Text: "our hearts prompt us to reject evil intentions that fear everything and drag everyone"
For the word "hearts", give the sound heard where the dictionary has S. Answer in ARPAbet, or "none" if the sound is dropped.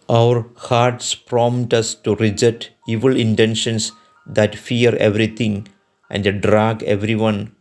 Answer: S